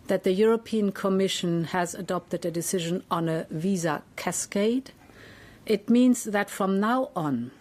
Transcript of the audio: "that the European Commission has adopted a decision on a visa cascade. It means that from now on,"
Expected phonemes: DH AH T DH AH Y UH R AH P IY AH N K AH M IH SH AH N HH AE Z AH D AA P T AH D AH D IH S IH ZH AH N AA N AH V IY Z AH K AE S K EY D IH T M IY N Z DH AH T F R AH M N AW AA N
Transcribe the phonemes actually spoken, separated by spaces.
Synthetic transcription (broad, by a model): DH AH T DH AH Y UH R AH P IY AH N K AH M IH SH AH N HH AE Z AH D AA P T AH D AH D IH S IH ZH AH N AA N AH V IY Z AH K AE S K EY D IH T M IY N Z DH AH T F R AH M N AW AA N